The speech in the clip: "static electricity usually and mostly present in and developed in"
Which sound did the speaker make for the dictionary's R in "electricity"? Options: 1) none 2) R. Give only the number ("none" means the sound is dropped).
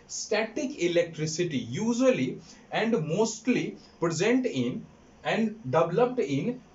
2